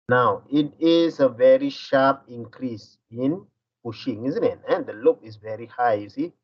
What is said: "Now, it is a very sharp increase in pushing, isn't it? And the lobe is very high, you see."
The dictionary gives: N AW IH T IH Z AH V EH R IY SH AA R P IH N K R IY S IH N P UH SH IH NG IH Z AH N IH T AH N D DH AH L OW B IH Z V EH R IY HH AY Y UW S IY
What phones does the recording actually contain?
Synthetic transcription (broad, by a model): N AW IH T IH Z AH V EH R IY SH AA R P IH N K R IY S IH N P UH SH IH NG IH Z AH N IH T AH N D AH L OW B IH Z V EH R IY HH AY Y UW S IY